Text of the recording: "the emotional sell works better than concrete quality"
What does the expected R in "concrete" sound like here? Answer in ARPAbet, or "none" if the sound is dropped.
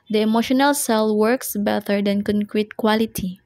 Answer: R